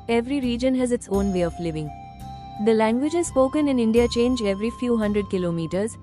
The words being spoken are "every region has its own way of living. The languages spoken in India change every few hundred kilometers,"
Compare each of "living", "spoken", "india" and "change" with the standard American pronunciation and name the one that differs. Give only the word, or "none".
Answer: none